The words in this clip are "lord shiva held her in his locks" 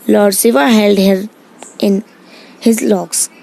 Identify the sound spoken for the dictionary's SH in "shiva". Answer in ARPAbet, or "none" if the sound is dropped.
S